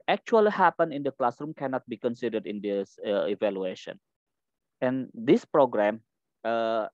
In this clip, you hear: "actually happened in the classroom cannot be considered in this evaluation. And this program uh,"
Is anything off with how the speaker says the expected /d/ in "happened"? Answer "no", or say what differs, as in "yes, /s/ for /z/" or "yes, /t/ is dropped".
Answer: yes, /d/ is dropped